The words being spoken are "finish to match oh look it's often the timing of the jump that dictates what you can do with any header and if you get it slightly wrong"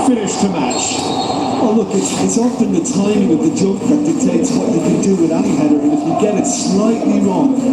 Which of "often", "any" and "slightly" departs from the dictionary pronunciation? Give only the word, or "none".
any